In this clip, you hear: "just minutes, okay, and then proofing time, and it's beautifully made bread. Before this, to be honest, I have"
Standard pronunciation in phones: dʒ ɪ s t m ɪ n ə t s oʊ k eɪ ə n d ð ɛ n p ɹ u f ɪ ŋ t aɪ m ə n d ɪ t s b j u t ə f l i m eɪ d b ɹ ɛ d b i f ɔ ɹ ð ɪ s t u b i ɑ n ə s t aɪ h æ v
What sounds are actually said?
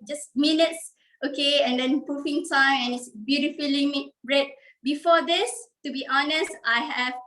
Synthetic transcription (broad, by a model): dʒ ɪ s m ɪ n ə t s oʊ k eɪ ə n d ɛ n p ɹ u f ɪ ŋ t aɪ m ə n ɪ t s b j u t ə f l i m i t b ɹ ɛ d b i f ɔ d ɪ s t u b i ɑ n ə s t aɪ h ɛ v